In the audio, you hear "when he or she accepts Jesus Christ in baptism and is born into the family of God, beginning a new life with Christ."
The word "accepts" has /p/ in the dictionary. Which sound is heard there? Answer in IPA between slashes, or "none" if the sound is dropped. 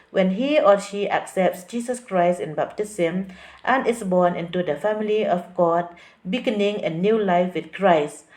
/p/